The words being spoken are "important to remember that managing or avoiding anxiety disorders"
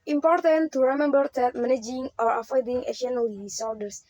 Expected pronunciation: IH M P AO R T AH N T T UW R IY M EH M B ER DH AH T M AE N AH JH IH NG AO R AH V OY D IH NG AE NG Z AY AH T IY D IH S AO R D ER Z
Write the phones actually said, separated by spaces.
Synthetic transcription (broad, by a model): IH M P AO R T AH N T T UW R IY M EH M B ER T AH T M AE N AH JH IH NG AO R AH F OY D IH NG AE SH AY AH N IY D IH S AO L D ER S